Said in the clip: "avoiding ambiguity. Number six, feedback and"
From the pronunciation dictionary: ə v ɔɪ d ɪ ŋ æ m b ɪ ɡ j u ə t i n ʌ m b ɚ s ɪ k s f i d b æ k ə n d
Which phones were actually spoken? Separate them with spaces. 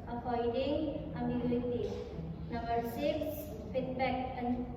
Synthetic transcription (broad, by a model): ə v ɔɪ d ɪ ŋ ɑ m ɪ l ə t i n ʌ m b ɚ s ɪ k s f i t b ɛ k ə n